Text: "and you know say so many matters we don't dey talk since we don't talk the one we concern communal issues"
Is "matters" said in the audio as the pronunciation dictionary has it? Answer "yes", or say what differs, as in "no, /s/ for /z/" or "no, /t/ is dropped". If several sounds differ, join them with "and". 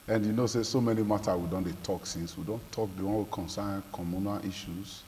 no, /z/ is dropped